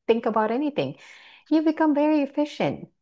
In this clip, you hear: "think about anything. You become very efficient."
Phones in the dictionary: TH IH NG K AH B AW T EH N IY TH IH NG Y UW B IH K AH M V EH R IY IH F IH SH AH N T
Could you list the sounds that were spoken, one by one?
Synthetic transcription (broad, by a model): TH IH NG K AH B AW T EH N IY TH IH NG Y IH B IH K AH M V EH R IY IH F IH SH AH N T